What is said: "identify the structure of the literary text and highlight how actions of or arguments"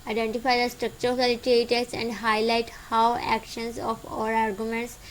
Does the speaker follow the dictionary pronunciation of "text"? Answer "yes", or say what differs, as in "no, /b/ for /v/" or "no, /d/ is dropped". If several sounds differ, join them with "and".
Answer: no, /k/ is dropped and /t/ is dropped